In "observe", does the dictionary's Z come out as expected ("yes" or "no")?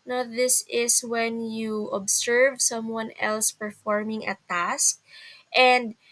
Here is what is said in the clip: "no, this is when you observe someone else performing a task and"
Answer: no